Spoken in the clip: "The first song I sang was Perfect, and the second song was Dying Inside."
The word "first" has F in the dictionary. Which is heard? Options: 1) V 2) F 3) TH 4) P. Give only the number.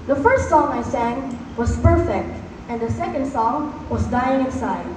2